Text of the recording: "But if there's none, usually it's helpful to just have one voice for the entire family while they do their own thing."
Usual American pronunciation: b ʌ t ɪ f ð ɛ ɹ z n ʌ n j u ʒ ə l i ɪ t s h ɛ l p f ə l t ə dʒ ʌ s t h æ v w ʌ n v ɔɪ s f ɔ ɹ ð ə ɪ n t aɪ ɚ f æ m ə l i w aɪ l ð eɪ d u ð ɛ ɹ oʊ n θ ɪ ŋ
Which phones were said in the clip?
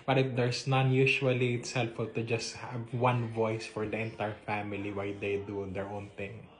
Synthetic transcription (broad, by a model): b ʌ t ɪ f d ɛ ɹ s n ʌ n j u ʃ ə l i ɪ t s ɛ l f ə l t ə dʒ ʌ s t h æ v w ʌ n v ɔɪ s f ɔ ɹ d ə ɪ n t aɪ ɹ f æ m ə l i w aɪ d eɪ d u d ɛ ɹ oʊ n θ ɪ ŋ